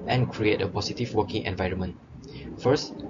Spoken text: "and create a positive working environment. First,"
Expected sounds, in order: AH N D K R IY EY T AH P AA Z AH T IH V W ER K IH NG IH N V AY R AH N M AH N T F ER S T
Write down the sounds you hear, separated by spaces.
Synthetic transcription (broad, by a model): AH N K R IY EY T AH P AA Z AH T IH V W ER K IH NG IH N V AY R AH N M AH N T F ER S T